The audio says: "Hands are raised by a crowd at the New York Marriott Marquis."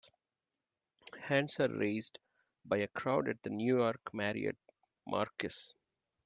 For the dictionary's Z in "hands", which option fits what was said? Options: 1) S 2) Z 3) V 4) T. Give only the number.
1